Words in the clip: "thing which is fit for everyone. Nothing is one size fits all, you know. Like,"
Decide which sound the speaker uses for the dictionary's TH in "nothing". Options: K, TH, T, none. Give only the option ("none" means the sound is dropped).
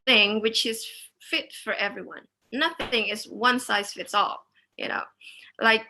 TH